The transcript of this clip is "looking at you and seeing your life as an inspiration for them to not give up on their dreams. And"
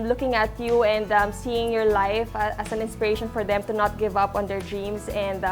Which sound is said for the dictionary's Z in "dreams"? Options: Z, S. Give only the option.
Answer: S